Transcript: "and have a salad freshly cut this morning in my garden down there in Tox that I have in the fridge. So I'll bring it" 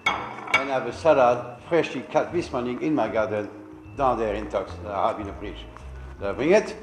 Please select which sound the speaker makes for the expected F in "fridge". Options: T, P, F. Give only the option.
P